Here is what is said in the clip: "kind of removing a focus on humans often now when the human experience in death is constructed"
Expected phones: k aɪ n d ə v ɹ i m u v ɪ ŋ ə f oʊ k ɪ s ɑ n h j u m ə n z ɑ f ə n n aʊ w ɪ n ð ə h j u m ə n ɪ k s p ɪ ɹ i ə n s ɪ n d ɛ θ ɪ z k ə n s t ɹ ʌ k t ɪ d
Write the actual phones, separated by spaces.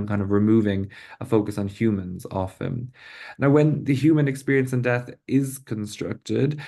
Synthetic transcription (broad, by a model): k aɪ n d ə v ɹ i m u v ɪ ŋ ə f oʊ k ɪ s n h j u m ə n z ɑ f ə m n aʊ w ɪ n ð ə h j u m ə n ɪ k s p ɪ ɹ i ə n s ɪ n d ɛ θ ɪ z k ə n s t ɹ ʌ k t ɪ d